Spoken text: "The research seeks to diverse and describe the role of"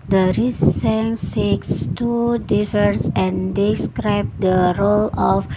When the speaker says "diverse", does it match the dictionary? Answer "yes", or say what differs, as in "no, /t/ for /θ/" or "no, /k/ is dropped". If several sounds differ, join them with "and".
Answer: no, /f/ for /v/